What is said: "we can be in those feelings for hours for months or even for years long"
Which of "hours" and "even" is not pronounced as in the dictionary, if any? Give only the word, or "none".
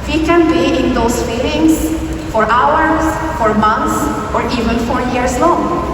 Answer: hours